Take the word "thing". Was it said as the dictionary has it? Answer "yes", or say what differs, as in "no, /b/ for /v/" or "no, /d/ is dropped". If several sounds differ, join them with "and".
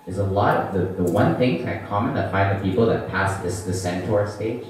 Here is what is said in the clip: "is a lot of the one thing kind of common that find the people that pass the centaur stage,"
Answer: yes